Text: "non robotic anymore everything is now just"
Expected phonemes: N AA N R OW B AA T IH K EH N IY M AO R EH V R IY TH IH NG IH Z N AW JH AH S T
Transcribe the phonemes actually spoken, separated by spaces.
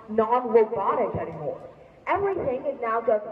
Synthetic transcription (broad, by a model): N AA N W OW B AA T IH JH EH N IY M AO R EH V R IY TH IH NG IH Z N AW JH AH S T